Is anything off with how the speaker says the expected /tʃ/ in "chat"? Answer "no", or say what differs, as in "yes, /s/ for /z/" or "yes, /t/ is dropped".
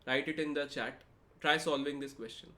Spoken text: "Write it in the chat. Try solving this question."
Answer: no